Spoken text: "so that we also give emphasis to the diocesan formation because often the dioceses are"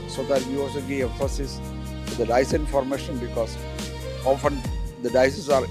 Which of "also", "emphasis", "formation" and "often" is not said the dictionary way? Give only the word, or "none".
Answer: emphasis